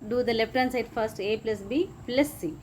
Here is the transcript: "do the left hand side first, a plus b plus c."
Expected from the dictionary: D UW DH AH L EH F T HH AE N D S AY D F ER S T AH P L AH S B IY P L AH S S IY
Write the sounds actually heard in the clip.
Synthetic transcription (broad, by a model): D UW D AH L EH P T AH N S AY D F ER S T AH P L AH S B IY P L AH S S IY